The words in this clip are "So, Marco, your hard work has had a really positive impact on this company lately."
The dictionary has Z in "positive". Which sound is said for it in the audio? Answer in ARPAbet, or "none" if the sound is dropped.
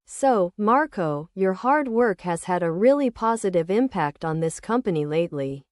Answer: Z